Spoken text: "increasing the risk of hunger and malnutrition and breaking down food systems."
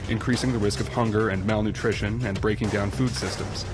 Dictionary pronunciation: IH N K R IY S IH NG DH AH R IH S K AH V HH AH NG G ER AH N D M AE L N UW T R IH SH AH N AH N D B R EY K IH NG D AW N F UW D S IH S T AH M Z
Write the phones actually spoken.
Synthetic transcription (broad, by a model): IH N K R IY S IH NG DH AH R IH S K AH V HH AH NG G ER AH N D M AE L N UW T R IH SH AH N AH N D B R EY K IH NG D AW N F UW D S IH S T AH M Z